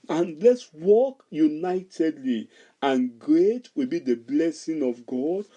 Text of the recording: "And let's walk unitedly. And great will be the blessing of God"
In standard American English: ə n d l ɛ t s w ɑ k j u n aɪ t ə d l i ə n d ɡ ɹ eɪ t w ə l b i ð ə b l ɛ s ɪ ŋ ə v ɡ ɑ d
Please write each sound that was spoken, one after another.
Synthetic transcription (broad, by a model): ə n l ɛ t s w ɑ k j u n aɪ t ə d l i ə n ɡ ɹ eɪ t w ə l b i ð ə b l ɛ s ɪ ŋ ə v ɡ ɑ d